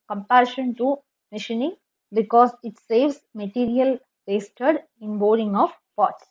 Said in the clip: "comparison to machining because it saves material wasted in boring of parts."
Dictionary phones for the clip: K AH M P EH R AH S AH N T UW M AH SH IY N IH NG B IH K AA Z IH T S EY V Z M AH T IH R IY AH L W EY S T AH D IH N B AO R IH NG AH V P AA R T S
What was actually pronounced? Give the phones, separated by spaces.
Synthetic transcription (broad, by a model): K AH M P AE R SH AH N T UW M AH SH IY N IH NG B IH K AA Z IH T S EY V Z M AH T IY R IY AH L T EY S T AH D IH N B AO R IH NG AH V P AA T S